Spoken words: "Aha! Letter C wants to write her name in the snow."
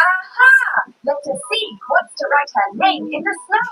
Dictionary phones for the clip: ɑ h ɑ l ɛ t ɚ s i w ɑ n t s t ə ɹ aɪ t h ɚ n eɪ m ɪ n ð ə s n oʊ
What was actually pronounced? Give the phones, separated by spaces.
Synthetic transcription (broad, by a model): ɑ h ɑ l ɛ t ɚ s i w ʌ t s t ə ɹ aɪ t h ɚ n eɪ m ɪ n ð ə s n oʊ